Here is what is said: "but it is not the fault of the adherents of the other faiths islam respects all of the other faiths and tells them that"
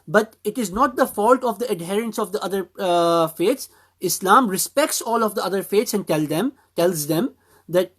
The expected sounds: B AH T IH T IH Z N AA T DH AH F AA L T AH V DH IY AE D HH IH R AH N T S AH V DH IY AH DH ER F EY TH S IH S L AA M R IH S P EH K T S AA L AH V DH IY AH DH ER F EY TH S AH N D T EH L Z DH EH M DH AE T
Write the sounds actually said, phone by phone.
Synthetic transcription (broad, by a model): B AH T IH T IH Z N AA T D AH F AA L T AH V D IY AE D HH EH R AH N S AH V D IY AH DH ER F EY T S IH S L AA M R IH S P EH K T S AA L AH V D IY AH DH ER F EY T S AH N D T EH L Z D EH M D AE T